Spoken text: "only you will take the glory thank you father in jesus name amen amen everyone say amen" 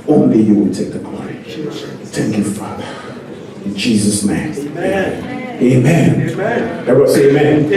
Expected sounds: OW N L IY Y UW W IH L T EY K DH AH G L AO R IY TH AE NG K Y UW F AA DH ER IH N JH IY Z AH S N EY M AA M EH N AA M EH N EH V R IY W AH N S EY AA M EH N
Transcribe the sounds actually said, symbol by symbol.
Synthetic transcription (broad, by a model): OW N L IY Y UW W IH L T EY K DH AH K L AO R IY TH AE NG K Y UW F AA DH ER IH N JH IY Z AH S N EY AA M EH AA M EH N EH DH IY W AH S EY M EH N